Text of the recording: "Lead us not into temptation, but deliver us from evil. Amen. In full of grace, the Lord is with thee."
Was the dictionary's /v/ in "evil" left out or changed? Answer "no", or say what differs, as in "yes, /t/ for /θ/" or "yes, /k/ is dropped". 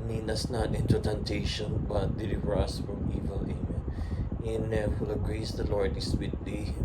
no